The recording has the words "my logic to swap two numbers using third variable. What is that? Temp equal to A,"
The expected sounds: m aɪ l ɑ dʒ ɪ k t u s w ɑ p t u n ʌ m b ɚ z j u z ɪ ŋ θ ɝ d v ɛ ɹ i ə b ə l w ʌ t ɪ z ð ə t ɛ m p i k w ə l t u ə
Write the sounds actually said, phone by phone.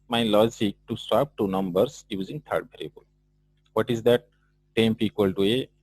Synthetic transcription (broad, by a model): m aɪ l ɑ dʒ ɪ k t u s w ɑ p t u n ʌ m b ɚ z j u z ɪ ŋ t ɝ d b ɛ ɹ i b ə l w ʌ t ɪ z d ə t ɛ m p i k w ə l t u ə